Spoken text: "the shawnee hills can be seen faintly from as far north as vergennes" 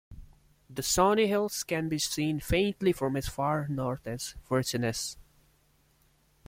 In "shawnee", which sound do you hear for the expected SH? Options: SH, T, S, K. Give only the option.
S